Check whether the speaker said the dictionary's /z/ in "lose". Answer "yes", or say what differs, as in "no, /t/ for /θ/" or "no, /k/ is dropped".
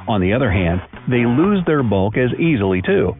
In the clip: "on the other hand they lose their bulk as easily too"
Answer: yes